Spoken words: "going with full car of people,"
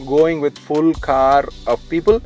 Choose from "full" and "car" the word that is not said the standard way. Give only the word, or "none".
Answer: none